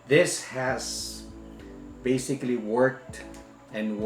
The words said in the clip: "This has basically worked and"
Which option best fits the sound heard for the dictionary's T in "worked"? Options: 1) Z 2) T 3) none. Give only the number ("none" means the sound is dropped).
2